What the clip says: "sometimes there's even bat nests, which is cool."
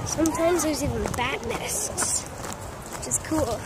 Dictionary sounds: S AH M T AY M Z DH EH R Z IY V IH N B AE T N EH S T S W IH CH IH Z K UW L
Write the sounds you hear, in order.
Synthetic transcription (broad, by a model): S AH M T AY M Z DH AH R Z IY V IH N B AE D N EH S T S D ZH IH S K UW L